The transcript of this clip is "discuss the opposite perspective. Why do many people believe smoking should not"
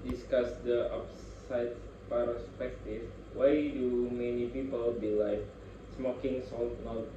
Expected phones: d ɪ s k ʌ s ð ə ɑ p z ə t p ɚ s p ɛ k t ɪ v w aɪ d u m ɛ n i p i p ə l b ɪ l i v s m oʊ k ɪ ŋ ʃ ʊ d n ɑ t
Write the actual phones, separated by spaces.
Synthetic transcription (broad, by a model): d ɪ s k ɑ s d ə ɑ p s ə t p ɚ s p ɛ k t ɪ f w aɪ d u m ɛ n i p i p ə l b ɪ l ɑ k s m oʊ k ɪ ŋ s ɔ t n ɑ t